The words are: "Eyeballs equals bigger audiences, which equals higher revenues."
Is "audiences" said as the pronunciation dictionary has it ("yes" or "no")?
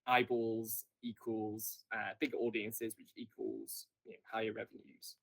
yes